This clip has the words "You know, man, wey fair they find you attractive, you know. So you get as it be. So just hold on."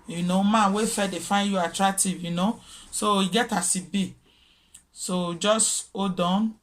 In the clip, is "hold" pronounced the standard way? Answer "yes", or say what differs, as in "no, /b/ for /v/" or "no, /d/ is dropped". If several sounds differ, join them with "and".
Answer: no, /l/ is dropped